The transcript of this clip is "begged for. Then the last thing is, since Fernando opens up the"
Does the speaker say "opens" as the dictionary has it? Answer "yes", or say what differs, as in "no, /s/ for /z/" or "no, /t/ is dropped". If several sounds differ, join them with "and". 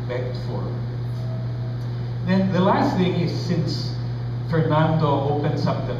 no, /s/ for /z/